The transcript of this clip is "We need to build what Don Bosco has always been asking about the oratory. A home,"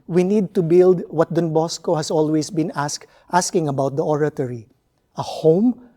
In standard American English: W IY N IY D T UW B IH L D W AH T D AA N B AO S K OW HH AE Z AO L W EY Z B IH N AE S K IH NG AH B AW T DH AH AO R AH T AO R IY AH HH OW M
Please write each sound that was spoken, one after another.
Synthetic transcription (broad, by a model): W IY N IY D T UW B IH L D W AH T D AA N B AO S K OW HH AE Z AO L W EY S B IH N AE S K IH NG AH B AW T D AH AO R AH T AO R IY AH HH OW M